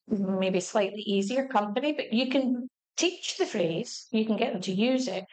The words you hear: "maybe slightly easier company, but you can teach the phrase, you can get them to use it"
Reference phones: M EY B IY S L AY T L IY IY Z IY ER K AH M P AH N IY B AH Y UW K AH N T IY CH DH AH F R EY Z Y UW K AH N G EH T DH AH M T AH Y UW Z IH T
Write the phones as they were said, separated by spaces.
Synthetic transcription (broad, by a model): M EY B IY S L AY T L IY IY Z IY ER K AH M P AH N IY B AH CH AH K AH N T IY CH DH AH F R EY Z Y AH K AH N G EH T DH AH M T AH Y UW Z IH T